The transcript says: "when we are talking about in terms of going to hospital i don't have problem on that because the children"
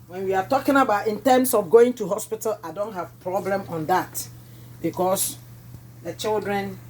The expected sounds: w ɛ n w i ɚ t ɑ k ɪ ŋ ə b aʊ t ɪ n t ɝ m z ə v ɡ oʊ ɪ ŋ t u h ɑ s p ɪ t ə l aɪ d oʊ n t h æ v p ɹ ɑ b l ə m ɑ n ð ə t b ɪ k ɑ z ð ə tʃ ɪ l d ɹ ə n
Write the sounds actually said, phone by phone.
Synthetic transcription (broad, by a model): w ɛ n w i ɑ t ɑ k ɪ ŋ ə b aʊ t ɪ n t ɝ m s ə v ɡ oʊ ɪ ŋ t u h ɑ s p ɪ t ə l aɪ d oʊ n t h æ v p ɹ ɑ b l ə m ɑ n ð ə t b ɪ k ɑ s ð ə tʃ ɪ l d ɹ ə n